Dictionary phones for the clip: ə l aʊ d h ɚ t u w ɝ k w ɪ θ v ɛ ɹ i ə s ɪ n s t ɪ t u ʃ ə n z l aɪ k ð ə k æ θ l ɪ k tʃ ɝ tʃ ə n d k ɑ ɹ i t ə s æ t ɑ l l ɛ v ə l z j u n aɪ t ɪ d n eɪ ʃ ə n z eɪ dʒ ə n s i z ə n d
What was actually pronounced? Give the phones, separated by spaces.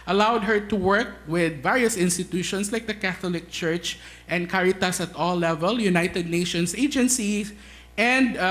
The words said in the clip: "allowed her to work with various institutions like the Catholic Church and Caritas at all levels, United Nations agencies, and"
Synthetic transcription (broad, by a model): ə l aʊ d h ɚ t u w ɝ k w ɪ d v ɛ ɹ i ə s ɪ n s t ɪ t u ʃ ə n s l aɪ k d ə k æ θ l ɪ k tʃ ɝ tʃ ə n d k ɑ ɹ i t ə s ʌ t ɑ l l ɛ v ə l j u n aɪ t ɪ d n eɪ ʃ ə n s eɪ dʒ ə n s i s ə n d